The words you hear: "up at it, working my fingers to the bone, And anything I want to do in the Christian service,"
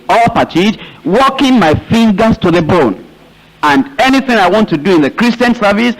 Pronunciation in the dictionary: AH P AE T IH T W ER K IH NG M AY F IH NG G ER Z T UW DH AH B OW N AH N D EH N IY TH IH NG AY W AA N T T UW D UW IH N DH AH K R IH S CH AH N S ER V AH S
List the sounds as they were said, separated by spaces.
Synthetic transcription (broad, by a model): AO P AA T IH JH W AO K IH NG M AY F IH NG G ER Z T UW DH AH B OW N AH N D EH N IY TH IH NG AY W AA N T T UW D UW IH N DH AH K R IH S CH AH N S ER V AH S